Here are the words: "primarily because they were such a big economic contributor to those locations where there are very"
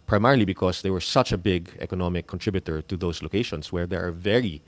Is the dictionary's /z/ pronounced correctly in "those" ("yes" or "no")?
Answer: no